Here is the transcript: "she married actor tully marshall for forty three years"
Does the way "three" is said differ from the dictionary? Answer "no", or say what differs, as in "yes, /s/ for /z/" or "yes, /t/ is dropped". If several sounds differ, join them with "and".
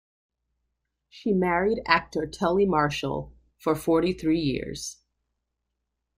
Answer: no